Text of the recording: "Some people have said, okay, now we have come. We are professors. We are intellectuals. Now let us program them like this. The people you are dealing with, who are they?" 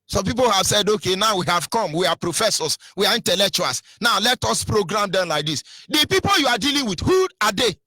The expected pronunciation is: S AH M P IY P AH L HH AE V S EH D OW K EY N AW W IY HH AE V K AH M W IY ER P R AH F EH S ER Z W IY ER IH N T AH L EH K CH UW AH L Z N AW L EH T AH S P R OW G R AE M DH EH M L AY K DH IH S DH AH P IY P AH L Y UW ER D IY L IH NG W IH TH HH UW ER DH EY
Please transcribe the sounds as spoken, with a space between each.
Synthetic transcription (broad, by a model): S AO M P IY P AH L HH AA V S EH D OW K EY N AW W IY HH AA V K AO M W IY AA P R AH F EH S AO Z W IY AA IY N T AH L EH K CH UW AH L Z N AW L EH T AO S P R OW G R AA M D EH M L AY K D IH S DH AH P IY P AH L Y UW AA D IY L IH NG W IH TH HH UW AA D EY